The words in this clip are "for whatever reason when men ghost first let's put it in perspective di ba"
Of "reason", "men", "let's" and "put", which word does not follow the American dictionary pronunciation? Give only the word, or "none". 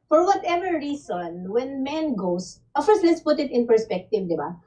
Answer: reason